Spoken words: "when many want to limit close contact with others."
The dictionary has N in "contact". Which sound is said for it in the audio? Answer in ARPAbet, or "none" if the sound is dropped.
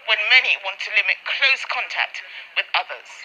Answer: N